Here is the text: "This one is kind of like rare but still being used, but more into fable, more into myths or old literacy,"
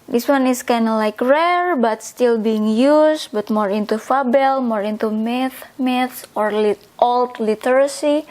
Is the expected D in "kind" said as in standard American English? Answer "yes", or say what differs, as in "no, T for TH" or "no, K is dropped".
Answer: no, D is dropped